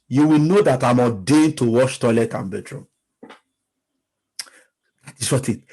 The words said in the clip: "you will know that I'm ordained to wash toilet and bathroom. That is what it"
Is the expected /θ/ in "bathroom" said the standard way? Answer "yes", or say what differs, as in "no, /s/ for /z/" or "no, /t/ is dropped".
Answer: no, /t/ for /θ/